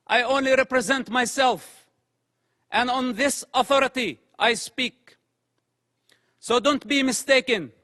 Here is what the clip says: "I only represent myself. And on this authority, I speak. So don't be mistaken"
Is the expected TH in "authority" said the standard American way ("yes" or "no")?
yes